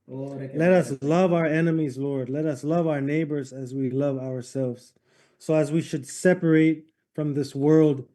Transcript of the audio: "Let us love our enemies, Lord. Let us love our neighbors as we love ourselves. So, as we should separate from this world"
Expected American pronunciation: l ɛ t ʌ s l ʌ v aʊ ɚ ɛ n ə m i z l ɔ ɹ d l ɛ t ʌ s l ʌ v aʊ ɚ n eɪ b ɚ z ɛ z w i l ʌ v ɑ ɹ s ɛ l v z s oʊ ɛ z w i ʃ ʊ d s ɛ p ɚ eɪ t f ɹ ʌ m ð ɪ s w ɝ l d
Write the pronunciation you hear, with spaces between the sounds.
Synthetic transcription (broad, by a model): l ɛ t ʌ s l ʌ v aʊ ɚ ɛ n ə m i z l ɔ ɹ d l ɛ t ʌ s l ʌ v aʊ ɚ n eɪ b ɚ z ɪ z w i l ʌ v ɑ ɹ s ɛ l v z s oʊ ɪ z w i ʃ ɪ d s ɛ p ɚ eɪ t f ɹ ʌ m ð ɪ s w ɝ l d